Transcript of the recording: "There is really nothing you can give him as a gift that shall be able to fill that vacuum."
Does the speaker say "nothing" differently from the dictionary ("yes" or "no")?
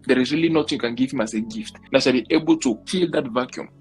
yes